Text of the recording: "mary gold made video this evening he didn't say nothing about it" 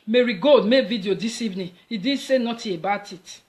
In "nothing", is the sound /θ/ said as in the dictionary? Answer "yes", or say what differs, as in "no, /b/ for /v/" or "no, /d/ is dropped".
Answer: no, /t/ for /θ/